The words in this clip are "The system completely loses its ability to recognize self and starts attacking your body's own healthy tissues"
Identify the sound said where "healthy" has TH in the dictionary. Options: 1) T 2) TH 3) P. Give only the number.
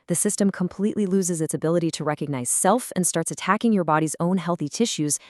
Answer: 2